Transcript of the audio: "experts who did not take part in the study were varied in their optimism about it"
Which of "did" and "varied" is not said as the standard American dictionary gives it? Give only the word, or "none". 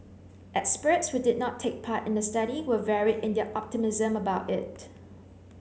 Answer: none